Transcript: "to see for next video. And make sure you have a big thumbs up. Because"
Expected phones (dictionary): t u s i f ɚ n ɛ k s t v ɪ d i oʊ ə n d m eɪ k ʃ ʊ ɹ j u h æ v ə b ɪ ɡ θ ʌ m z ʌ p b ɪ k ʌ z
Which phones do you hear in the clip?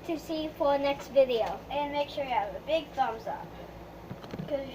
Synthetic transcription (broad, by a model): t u s i f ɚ n ɛ k s t v ɪ d i oʊ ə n m eɪ k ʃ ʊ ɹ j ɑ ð ə b ɪ ɡ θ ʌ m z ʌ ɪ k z